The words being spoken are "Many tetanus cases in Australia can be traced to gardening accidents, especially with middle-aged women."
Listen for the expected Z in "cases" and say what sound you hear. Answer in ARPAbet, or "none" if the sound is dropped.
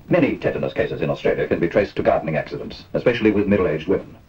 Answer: Z